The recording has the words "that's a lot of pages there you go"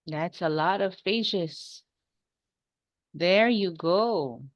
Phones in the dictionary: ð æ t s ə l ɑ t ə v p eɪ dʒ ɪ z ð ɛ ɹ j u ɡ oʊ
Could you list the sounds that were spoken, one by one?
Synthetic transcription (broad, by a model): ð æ t s ə l ɑ t ə v f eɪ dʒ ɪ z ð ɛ ɹ j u ɡ oʊ